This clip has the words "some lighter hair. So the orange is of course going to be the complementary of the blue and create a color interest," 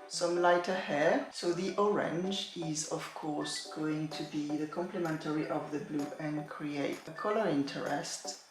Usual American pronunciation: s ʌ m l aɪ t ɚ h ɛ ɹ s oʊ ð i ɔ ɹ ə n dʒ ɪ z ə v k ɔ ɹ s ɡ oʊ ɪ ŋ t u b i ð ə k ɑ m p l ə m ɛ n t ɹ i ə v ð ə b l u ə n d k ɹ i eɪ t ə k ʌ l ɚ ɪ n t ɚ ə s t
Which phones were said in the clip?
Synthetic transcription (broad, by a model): s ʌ m l aɪ t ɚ h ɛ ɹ s oʊ ð i ɔ ɹ ə n dʒ ɪ z ə v k ɔ ɹ s ɡ oʊ ɪ ŋ t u b i ð ə k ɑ m p l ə m ɛ n t ɹ i ə v ð ə b l u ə n k ɹ i eɪ t ə k ʌ l ɚ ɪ n t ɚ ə s t